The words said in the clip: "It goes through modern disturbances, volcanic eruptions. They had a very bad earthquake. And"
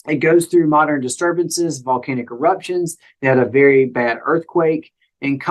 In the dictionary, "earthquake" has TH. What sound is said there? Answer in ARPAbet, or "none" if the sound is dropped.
TH